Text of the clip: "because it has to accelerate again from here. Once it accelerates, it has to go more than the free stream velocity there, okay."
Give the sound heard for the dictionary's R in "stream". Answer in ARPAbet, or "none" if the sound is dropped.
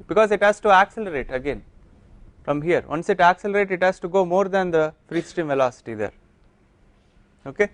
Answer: none